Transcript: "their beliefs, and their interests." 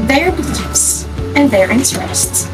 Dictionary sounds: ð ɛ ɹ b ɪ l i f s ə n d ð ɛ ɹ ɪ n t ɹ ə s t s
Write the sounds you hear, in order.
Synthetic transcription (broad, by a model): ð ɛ ɹ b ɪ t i s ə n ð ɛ ɹ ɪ n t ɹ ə s t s